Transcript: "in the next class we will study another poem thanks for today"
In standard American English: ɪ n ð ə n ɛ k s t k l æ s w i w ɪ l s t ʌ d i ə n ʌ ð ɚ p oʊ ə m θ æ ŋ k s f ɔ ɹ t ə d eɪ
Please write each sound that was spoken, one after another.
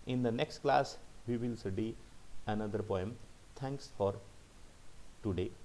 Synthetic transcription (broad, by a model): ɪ n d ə n ɛ k s t k l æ s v i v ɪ l s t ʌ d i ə n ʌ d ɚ p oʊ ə m t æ ŋ k s f ɔ ɹ t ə d eɪ